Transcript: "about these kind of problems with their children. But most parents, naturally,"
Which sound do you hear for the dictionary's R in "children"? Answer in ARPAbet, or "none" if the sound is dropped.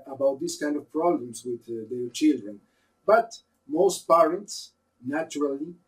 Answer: R